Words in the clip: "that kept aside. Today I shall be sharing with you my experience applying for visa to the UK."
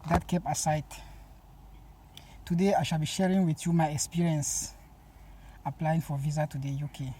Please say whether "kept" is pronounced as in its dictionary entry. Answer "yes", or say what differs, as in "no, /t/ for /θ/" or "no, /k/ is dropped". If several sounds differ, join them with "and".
no, /t/ is dropped